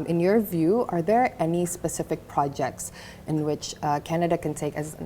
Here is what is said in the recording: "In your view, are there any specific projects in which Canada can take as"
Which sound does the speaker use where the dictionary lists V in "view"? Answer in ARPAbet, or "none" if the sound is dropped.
V